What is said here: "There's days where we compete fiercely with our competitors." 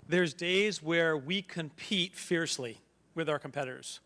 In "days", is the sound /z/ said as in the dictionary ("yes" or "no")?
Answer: yes